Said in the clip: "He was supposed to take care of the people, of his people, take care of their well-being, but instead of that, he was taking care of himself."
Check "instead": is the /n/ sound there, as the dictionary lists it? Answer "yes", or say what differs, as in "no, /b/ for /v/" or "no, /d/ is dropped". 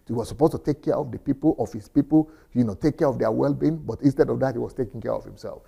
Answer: yes